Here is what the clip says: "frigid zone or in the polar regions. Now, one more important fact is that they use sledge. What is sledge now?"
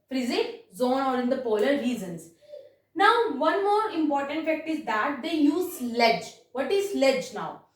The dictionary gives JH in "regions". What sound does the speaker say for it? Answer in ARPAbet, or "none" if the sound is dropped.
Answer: Z